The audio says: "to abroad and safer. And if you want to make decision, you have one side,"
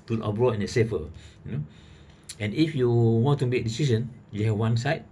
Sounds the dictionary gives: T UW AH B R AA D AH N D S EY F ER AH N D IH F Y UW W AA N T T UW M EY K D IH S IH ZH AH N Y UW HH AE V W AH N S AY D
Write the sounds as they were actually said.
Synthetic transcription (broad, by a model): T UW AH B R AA AH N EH S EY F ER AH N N IH F Y UW W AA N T T UW M EY K D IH S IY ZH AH N Y UW HH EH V W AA N S AY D